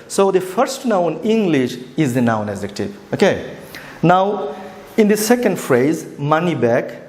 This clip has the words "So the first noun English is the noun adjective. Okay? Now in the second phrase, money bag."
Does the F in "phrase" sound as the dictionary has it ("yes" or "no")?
yes